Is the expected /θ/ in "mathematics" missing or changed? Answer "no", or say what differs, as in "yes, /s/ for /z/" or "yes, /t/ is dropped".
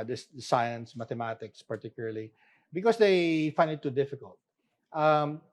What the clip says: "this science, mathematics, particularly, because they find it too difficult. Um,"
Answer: yes, /t/ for /θ/